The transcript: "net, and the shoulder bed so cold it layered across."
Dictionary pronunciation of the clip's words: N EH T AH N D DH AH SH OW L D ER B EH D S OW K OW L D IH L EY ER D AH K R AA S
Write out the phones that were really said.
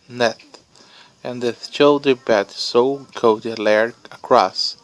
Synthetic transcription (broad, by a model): N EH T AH N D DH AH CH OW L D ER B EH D S OW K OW D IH L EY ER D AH K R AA S